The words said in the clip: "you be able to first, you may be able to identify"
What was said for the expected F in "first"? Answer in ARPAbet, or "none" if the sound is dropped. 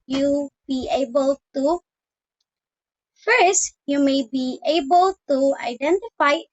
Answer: F